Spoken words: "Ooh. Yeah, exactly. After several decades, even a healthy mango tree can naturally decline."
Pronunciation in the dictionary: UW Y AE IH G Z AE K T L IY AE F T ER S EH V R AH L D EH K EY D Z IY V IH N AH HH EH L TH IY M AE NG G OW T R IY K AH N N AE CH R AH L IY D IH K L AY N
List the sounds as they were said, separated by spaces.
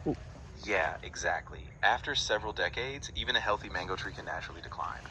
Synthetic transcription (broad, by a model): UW Y AE IH G Z AE K T L IY AE F T ER S EH V R L D EH K EY D Z IY V IH N AH HH EH L TH IY M AE NG G OW T R IY K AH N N AE CH R L IY D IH K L AY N